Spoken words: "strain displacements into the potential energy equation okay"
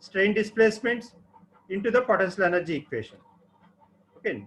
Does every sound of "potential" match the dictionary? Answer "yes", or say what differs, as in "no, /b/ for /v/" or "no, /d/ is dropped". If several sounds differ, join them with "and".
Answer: no, /s/ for /ʃ/